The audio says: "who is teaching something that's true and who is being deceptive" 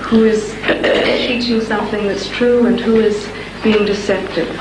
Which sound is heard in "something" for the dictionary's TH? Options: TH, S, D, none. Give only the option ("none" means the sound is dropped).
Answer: TH